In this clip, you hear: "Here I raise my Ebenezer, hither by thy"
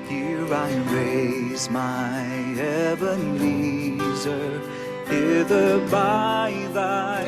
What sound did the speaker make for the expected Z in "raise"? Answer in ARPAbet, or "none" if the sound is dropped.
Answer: Z